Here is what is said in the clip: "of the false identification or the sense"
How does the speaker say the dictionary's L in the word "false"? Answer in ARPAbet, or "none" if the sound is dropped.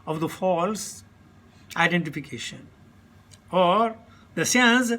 L